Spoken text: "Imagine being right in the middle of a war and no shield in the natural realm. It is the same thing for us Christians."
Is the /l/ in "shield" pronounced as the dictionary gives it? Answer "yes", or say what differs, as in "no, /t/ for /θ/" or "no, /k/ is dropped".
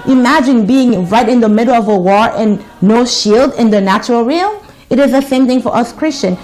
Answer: yes